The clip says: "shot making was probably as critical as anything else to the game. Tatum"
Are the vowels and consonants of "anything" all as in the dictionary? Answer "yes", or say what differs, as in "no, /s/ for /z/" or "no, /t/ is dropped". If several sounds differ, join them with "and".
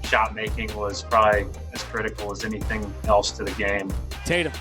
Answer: yes